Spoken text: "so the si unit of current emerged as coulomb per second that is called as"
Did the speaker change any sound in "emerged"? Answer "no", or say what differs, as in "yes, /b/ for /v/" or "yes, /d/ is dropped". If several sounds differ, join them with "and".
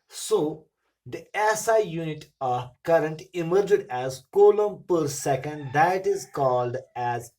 no